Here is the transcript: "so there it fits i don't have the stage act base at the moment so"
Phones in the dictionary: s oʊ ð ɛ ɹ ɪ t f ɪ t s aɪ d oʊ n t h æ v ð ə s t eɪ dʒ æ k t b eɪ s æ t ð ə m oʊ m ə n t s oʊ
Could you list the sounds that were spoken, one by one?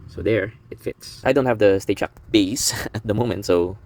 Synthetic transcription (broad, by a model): s oʊ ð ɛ ɹ ɪ t f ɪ t s aɪ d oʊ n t h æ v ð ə s t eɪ tʃ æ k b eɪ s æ t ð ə m oʊ m ə n t s oʊ